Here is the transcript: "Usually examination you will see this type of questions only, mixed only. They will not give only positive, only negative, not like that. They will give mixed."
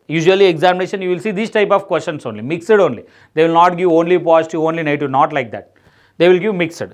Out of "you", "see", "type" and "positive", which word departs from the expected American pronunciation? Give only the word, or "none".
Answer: positive